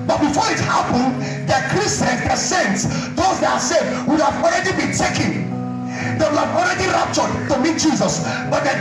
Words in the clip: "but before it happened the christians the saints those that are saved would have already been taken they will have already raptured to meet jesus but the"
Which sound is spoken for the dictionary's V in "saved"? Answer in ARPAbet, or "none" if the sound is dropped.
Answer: none